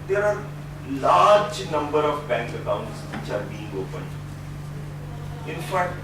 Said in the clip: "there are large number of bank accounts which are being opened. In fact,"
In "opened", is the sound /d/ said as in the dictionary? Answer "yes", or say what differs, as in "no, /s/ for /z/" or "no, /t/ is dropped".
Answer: no, /d/ is dropped